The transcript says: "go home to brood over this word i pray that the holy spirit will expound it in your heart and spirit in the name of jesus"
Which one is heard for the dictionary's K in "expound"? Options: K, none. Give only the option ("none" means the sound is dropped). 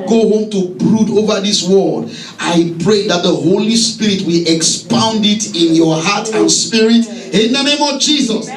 K